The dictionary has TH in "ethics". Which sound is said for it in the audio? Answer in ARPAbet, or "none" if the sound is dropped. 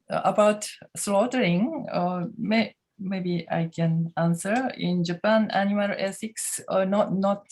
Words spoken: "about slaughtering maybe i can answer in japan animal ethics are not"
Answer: S